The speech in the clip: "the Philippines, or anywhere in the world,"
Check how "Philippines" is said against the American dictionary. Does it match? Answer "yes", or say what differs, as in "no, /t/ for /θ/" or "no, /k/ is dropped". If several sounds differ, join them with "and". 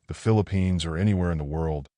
yes